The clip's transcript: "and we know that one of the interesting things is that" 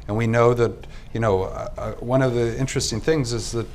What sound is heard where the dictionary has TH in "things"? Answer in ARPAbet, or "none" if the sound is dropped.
TH